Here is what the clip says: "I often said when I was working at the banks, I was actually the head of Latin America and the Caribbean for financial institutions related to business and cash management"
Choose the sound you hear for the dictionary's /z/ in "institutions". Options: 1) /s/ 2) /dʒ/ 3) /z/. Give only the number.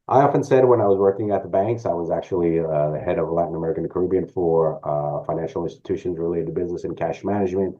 3